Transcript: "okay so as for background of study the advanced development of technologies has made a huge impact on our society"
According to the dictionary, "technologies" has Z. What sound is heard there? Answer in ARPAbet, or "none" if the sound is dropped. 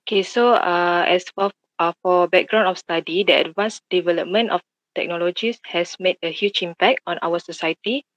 S